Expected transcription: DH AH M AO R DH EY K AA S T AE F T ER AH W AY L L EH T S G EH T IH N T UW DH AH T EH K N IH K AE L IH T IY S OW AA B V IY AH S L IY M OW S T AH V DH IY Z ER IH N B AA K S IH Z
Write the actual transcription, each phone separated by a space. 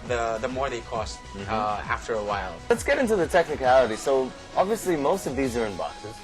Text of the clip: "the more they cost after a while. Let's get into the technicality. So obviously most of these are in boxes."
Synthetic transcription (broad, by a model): DH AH M AO R DH EY K AA S T AE F T ER AH W AY L L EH T S G EH T IH N T UW DH AH T EH K N IH K AE L IH T IY S OW AA B V IY AH S L IY M OW S T AH V DH IY Z ER IH N B AA K S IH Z